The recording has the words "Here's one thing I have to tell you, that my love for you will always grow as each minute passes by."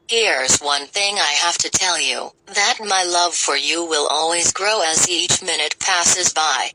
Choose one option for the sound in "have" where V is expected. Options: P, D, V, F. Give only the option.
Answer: F